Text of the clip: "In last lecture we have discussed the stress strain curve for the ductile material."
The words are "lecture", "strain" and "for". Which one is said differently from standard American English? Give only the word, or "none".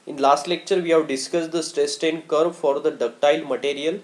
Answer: strain